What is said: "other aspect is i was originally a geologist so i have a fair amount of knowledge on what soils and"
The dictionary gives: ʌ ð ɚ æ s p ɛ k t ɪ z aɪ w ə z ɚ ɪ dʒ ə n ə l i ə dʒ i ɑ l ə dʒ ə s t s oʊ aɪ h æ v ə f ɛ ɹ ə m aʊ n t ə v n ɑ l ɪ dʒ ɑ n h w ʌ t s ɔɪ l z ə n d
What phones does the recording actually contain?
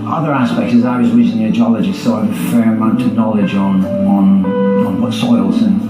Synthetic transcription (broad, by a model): ʌ ð ɚ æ s p ɛ k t ɪ z aɪ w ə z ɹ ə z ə n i ə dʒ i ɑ l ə dʒ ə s s oʊ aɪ ə f ɛ ɹ ə m aʊ n t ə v n ɑ l ɪ dʒ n n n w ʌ t s ɔɪ l z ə n